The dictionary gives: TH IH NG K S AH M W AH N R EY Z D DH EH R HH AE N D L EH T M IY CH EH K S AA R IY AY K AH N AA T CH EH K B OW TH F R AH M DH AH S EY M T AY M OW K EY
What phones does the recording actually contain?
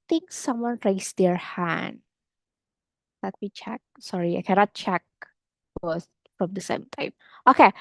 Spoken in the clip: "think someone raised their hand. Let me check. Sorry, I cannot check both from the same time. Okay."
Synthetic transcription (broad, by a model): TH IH NG K S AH M W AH N R EY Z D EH R HH AE N D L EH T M IY CH EH K S AA R IY AY K AH N AA T CH EH K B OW S F R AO M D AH S EY M T AY M OW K EY